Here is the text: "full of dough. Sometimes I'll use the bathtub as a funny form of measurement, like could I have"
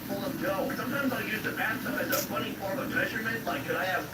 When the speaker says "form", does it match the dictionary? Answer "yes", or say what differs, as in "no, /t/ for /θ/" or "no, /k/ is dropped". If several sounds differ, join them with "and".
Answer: no, /m/ is dropped